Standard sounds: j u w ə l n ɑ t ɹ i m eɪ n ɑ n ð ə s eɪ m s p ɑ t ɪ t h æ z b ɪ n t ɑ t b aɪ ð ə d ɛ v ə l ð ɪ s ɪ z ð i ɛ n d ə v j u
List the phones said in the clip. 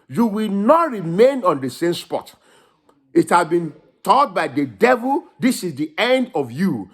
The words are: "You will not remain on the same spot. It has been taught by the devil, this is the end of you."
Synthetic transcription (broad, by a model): j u w ə l n ɑ t ɹ i m eɪ n ɑ n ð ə s eɪ m s p ɑ t ɪ t h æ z b ɪ n t ɑ t b aɪ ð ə d ɛ v ə l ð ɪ s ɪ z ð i ɛ n d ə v j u